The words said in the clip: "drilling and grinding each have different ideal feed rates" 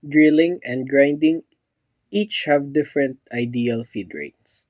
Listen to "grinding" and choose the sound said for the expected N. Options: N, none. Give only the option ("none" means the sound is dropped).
N